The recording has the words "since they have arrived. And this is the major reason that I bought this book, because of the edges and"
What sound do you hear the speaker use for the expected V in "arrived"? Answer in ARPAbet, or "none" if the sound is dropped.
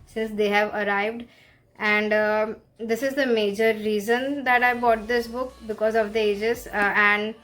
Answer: V